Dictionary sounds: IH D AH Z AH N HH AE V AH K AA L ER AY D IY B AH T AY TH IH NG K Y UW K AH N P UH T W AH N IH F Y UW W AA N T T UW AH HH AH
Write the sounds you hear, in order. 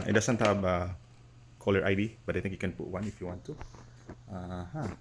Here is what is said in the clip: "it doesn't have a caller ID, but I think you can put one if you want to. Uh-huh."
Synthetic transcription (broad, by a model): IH D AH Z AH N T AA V AH K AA L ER AY D IY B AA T AY T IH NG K Y UW K AH N P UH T W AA N IH F Y UW W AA N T T UW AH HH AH